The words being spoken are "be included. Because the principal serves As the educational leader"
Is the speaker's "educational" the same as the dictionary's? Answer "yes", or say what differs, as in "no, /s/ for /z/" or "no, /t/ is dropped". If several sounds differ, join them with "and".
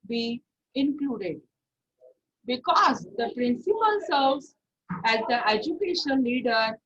no, /n/ is dropped and /n/ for /l/